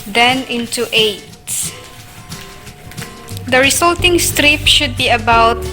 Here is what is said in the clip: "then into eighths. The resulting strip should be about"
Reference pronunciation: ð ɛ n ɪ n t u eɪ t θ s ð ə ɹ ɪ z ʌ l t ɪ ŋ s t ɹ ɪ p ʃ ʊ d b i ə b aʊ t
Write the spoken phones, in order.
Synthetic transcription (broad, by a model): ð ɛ n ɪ n t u eɪ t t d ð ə ɹ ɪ s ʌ l t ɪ ŋ s t ɹ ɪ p ʃ ʊ d b i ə b aʊ t